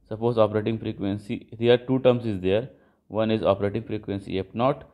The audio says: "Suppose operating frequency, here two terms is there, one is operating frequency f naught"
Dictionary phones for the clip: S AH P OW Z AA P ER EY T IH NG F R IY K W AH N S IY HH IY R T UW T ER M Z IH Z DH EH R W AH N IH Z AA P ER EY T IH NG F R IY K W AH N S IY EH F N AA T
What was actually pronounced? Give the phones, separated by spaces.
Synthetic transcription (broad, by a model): S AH P OW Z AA P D EY T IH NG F R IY K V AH N S IY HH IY R T UW T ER M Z IH Z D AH R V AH N IH Z AA P ER EY T IH NG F R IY K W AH N S IY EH P N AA T